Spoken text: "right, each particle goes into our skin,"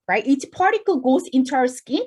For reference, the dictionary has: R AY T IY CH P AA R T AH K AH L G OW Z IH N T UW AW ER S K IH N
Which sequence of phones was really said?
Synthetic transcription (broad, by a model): R AY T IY S P AA R T AH K AH L G OW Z IH N T UW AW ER S K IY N